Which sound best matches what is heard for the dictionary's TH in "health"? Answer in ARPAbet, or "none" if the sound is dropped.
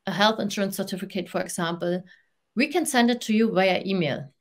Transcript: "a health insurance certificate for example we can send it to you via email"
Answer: TH